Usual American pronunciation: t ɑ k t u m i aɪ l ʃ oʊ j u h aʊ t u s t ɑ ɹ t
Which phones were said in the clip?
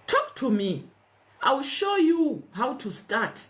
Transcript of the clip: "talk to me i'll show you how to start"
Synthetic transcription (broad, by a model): t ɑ k t u m i aɪ w ʃ oʊ j u h aʊ t u s t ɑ t